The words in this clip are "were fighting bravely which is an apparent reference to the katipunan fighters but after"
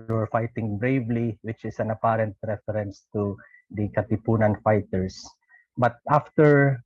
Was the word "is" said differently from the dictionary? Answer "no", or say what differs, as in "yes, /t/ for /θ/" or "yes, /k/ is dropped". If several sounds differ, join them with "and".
yes, /s/ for /z/